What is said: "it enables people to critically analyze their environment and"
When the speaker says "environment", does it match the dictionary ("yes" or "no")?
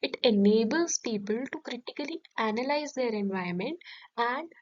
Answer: no